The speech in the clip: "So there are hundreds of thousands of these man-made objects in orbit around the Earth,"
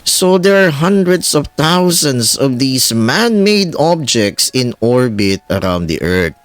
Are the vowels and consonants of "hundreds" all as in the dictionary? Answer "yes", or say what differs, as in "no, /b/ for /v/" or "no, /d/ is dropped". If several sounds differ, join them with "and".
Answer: no, /s/ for /z/